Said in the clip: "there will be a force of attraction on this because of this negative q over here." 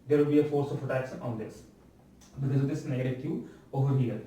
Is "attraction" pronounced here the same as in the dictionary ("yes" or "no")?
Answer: no